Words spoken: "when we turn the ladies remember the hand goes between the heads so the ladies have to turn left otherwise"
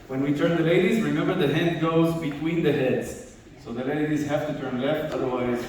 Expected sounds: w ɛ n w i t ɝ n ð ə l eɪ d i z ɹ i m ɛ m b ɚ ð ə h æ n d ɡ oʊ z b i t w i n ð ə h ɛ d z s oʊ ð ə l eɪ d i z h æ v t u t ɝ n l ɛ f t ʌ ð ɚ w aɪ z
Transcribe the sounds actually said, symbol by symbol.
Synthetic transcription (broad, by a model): w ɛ n w i t ɝ n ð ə l eɪ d i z ɹ i m ɛ m b ɚ ð ə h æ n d ɡ oʊ z b i t w i n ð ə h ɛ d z s oʊ ð ə l eɪ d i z h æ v t u t ɝ n l ɛ f t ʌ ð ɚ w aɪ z